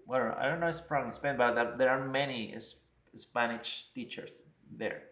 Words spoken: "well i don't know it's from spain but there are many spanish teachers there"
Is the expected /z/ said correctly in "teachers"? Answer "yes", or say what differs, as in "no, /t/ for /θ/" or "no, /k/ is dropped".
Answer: no, /s/ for /z/